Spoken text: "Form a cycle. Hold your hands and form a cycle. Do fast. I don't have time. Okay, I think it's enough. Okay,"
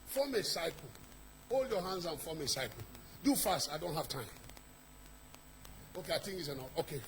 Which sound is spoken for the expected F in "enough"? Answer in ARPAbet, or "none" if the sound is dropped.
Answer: none